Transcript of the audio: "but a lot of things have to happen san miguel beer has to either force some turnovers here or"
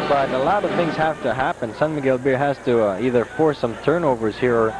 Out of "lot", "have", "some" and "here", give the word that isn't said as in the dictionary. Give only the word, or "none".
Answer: have